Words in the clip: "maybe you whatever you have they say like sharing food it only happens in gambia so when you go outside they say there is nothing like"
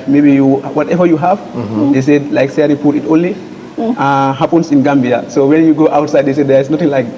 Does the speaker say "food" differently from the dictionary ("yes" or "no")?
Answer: yes